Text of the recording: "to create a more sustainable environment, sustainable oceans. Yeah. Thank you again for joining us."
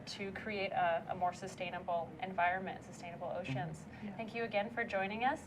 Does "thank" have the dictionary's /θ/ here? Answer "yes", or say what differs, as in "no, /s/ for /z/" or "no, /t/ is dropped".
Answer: yes